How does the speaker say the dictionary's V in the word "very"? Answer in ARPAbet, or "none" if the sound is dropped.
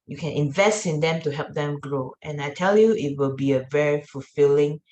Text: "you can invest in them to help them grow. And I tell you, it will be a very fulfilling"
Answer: V